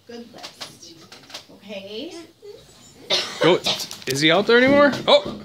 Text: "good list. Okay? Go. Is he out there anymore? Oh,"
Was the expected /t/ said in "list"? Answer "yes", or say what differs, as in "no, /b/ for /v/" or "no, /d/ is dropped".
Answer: no, /t/ is dropped